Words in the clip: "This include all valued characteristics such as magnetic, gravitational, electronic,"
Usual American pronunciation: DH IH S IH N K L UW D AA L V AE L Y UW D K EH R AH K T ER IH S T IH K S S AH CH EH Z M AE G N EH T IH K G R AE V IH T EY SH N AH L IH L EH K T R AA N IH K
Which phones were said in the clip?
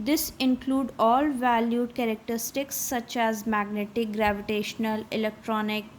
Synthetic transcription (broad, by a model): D IH S IH N K L UW D AA L V AE L Y UW D K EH R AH K T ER IH S T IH K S S AH CH EH Z M AE G N EH T IH K G R AE V IH T EY SH N AH L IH L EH K T R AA N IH K